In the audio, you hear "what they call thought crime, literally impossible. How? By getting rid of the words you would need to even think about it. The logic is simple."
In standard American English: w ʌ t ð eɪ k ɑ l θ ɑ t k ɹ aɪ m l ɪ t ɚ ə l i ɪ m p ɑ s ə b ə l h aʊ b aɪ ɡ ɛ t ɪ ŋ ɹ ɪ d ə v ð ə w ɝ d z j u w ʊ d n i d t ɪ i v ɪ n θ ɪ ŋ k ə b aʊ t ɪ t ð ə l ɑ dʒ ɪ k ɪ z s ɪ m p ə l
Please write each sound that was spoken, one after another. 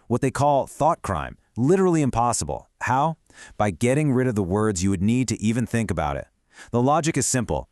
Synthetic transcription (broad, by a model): w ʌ t ð eɪ k ɑ l θ ɑ t k ɹ aɪ m l ɪ t ɚ l i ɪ m p ɑ s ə b l h aʊ b aɪ ɡ ɛ t ɪ ŋ ɹ ɪ d ə v ð ə w ɝ d z j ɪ w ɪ d n i d t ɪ i v ɪ n θ ɪ ŋ k ə b aʊ t ɪ t ð ə l ɑ dʒ ɪ k ɪ z s ɪ m p l